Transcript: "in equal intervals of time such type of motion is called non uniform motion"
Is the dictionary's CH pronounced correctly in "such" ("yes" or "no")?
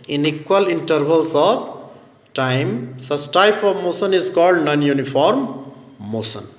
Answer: no